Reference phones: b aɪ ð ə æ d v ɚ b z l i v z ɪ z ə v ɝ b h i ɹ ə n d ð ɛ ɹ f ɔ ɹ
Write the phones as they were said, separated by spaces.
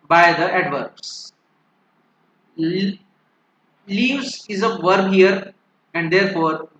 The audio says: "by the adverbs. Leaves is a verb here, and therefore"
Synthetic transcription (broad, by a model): b aɪ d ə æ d v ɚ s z l i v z ɪ z ə v ɝ b h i ɹ ə n d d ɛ ɹ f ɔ ɹ